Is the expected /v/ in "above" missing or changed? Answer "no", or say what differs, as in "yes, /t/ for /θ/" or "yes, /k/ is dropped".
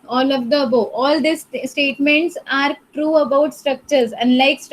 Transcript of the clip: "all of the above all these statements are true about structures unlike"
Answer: yes, /v/ is dropped